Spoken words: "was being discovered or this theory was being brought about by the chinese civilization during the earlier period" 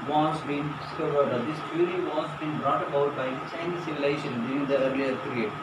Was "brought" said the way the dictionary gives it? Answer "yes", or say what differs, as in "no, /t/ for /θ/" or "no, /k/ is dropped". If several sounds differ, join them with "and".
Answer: yes